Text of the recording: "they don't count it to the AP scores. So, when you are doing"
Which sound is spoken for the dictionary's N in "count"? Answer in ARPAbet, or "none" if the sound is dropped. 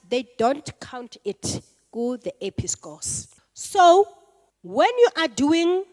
N